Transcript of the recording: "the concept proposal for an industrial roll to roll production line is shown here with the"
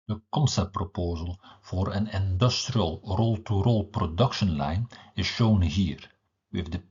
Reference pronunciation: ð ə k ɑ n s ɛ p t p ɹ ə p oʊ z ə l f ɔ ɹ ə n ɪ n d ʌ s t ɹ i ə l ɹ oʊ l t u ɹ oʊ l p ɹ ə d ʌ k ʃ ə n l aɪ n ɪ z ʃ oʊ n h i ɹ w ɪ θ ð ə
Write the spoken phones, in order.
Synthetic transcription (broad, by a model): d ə k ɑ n s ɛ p p ɹ ə p oʊ z ə l f ɔ ɹ ə n ɪ n d ʌ s t ɹ i ə l ɹ oʊ l t u ɹ oʊ l p ɹ ə d ʌ k ʃ ə n l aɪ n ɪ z ʃ oʊ n h i ɹ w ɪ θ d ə